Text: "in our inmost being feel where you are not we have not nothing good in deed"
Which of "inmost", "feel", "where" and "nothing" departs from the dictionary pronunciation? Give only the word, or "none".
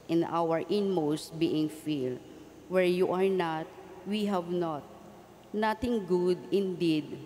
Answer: nothing